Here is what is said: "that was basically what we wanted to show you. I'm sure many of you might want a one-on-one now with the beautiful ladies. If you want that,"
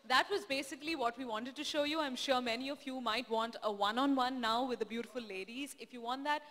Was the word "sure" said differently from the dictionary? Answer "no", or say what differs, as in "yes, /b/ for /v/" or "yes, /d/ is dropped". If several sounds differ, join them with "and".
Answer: no